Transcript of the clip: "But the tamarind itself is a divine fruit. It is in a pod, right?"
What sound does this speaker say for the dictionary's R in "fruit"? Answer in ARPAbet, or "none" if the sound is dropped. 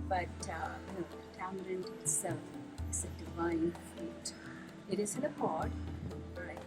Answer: none